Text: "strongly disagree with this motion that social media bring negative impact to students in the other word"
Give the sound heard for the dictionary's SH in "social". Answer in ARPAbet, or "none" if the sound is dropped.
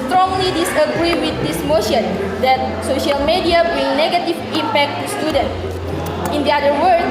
SH